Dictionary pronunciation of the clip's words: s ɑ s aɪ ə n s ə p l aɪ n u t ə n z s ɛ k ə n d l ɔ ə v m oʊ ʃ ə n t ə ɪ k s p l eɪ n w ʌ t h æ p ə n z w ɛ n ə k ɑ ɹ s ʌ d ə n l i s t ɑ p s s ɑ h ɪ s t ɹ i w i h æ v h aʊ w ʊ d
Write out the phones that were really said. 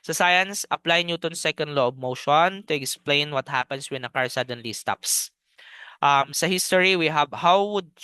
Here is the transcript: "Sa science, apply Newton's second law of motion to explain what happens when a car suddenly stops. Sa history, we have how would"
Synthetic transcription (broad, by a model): s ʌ s aɪ ə n s ə p l aɪ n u t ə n s ɛ k ə n d l ɔ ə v m oʊ ʃ ə n t ə ɪ k s p l eɪ n w ʌ t h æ p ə n s w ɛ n ə k ɑ ɹ s ʌ d ə n l i s t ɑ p s s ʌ h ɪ s t ɹ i w i h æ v h aʊ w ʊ d